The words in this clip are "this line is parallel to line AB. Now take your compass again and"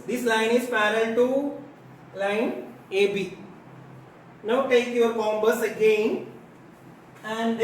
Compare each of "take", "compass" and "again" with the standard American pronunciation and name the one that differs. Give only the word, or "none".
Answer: compass